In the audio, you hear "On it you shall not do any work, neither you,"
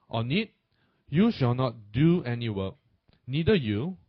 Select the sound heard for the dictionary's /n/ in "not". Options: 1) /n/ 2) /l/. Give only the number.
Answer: 1